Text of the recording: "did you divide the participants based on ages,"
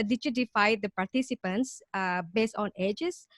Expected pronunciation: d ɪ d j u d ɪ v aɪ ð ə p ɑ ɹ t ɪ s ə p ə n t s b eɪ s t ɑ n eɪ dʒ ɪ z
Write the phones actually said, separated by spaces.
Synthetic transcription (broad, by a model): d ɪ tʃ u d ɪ f aɪ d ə p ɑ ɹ t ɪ s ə p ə n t s b eɪ s t ɑ n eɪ dʒ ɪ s